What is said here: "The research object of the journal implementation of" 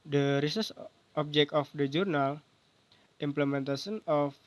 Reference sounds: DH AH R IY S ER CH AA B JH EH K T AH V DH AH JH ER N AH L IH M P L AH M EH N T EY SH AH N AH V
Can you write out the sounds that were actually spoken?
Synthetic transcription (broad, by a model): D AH R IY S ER S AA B JH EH K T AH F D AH JH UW N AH L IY M P L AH M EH N T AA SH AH N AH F